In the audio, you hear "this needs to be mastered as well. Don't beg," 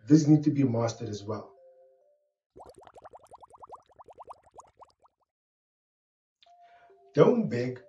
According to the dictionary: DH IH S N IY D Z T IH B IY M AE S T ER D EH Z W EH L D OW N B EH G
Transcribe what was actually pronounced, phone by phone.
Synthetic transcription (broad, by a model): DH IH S N IY D T IH B IY M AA S T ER D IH Z W EH L D OW N B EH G